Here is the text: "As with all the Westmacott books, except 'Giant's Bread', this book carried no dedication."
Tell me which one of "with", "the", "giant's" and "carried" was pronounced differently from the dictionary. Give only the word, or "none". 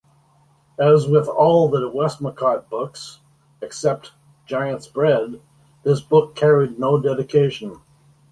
none